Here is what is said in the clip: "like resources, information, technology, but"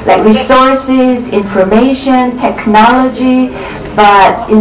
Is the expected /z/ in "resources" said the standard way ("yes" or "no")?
yes